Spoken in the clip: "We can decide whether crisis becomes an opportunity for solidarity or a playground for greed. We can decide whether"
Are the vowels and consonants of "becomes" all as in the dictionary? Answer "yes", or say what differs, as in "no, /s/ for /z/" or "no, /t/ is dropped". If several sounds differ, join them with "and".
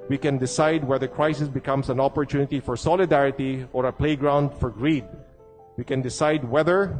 no, /s/ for /z/